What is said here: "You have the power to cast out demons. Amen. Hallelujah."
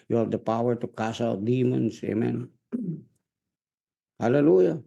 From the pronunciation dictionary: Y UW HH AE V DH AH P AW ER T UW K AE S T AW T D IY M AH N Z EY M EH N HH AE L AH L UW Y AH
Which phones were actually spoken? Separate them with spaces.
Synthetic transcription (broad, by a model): Y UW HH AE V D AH P AW ER T UW K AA S AW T D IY M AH N S EY M EH N HH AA L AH L UW Y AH